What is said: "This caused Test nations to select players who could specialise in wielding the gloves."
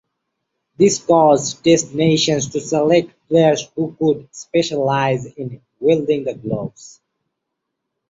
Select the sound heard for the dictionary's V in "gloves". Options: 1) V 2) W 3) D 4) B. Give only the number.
4